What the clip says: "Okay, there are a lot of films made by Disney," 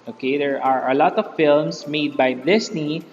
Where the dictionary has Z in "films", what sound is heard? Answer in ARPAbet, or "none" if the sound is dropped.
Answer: S